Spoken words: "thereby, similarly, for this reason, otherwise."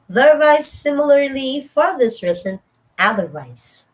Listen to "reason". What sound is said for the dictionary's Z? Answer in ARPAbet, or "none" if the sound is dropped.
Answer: S